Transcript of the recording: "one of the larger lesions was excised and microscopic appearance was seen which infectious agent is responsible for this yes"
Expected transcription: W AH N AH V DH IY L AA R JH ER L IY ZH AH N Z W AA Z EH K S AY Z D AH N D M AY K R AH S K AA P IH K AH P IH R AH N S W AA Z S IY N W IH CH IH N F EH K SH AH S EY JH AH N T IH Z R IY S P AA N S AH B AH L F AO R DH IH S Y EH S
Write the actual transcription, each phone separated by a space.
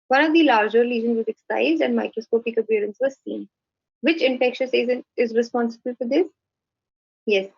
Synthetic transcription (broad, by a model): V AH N AH V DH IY L AA R JH ER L IY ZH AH N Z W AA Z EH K S AY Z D AH N D M AY K R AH S K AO P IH K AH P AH R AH N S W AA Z S IY N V IH CH IH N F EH K SH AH S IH Z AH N IH Z R IY S P AA N S AH B AH L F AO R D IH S Y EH S